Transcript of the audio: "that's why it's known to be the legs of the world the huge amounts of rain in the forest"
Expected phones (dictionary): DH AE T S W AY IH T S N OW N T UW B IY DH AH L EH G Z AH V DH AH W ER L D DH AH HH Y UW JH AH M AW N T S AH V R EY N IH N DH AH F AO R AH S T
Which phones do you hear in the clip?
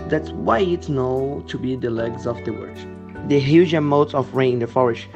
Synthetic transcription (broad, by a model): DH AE T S W AY IH T S N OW T UW B IY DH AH L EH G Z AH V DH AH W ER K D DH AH HH Y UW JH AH M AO T AH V R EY IH N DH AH F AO R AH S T